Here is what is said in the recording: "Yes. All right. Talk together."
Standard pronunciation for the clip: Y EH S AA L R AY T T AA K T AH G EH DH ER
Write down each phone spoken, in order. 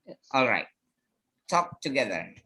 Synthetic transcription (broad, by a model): AA L R AY T T AA K T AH G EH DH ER